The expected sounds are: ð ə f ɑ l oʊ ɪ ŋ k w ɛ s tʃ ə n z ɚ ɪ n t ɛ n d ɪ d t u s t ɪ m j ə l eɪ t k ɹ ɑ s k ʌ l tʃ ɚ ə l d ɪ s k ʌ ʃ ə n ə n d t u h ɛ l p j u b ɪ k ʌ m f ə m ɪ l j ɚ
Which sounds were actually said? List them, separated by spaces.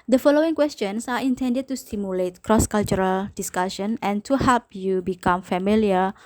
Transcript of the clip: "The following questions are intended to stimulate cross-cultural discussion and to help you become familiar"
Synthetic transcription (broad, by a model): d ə f ɑ l oʊ ɪ ŋ k w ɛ s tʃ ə n s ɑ ɪ n t ɛ n d ɪ d t u s t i m j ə l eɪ t k ɹ ɑ s k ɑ l tʃ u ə l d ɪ s k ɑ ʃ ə n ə n t u h ɛ l p j u b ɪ k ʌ m f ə m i l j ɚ